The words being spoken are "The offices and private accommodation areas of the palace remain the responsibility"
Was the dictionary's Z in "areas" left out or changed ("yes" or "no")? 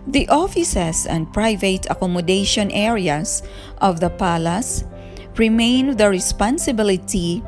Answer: yes